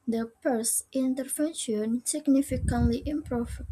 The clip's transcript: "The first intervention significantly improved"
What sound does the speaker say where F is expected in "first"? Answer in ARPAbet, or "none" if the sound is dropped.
P